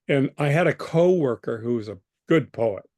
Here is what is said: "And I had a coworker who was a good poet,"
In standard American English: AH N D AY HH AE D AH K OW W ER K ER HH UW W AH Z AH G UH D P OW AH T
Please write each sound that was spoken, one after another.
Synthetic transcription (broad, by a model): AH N AY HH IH D AH K OW W ER K ER HH UW W AH Z AH G UH D P OW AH T